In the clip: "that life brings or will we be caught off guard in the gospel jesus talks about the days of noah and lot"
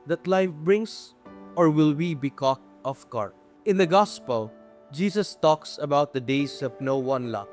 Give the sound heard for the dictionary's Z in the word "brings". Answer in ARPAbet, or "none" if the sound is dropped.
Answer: S